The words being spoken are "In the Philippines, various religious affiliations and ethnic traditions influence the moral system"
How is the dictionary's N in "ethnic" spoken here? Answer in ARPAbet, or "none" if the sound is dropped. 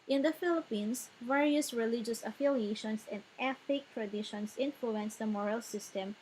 none